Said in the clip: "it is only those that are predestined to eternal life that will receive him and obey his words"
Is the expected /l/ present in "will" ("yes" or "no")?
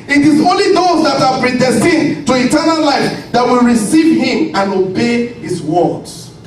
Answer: yes